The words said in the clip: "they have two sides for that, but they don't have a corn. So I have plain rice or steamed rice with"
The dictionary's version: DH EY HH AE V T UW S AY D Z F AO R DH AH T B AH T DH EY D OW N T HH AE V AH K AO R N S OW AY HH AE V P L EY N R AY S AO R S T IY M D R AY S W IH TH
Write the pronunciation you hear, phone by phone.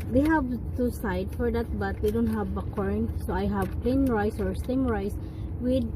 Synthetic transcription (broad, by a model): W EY HH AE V T UW S AY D F AO R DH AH T B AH T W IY D OW N T HH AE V AH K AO R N S OW AY HH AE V P L EY N R AY S AO R S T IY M R AY S W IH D